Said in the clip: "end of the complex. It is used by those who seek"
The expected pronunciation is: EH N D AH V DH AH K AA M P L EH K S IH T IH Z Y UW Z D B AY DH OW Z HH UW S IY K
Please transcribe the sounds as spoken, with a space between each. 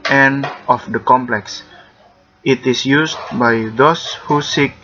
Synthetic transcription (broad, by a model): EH N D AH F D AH K AA M P L EH K S IH T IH S Y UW S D B AY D OW S HH UW S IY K